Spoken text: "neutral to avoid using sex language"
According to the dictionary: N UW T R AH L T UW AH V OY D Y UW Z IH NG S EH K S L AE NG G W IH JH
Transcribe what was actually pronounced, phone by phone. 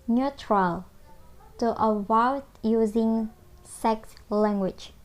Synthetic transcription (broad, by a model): N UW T R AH L T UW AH W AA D Y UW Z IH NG S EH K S L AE NG G W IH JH